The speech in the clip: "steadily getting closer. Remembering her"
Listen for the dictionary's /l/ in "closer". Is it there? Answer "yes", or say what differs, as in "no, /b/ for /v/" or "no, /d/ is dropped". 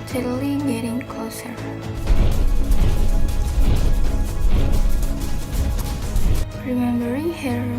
no, /l/ is dropped